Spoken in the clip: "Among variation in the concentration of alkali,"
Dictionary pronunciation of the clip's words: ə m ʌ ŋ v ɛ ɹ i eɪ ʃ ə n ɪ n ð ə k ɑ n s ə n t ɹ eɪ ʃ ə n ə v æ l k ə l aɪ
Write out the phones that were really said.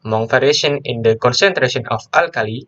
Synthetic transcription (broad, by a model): m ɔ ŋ f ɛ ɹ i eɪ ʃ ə n ɪ n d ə k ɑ n s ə n t ɹ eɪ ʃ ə n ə f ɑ l k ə l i